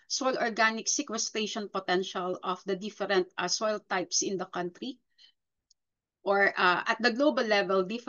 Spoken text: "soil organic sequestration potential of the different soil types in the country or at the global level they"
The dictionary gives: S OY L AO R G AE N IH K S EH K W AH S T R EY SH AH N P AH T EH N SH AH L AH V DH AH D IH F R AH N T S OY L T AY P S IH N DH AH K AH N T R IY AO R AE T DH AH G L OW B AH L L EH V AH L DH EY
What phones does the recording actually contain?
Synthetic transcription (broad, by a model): S OY L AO R G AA N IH K S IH K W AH S T EY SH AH N P AH T EH N SH AH L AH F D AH D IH F R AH N T S OY L T AY P S IH N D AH K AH N T R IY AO R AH T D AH G L OW B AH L L EH V AH L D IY